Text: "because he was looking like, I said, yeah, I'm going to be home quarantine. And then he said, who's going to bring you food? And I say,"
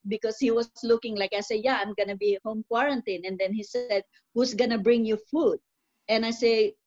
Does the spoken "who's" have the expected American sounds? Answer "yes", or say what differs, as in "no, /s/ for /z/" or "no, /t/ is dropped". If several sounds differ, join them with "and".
no, /s/ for /z/